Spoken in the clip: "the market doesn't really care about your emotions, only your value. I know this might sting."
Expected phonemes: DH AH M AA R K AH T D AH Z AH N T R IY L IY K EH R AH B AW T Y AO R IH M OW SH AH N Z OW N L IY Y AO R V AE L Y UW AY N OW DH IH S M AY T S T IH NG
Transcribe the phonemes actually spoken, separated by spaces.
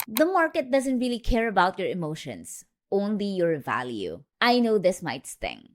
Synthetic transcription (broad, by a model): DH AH M AA R K AH T D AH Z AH N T R IY L IY K EH R AH B AW T Y AO R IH M OW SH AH N S OW N L IY Y AO R V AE L Y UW AY N OW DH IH S M AY T S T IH NG